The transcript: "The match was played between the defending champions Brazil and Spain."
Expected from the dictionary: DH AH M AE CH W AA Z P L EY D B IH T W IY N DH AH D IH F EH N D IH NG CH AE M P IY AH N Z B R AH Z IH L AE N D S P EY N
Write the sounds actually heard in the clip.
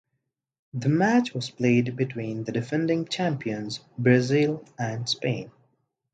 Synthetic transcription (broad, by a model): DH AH M AE CH W AA Z P L EY D B IH T W IY N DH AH D IH F EH N D IH NG CH AE M P IY AH N Z B R AH Z IH L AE N D S P EY N